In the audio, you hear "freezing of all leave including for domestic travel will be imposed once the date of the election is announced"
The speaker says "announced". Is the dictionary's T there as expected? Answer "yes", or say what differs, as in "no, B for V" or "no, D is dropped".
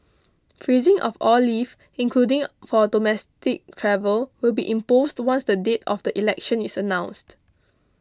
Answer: yes